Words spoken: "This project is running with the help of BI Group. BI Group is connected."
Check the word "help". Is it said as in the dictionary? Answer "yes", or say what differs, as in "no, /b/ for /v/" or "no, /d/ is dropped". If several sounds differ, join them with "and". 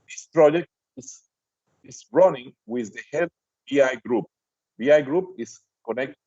no, /b/ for /p/